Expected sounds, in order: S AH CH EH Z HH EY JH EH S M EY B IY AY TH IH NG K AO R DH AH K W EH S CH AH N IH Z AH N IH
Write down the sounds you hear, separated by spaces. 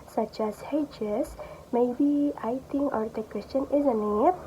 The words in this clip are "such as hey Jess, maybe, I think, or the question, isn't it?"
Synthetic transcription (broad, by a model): S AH CH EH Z HH EY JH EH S M EY B IY AY T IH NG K AO R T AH K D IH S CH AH N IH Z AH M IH